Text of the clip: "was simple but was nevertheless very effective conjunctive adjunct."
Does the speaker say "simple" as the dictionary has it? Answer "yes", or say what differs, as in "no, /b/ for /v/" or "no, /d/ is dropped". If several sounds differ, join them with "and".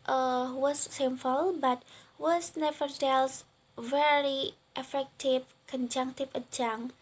no, /f/ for /p/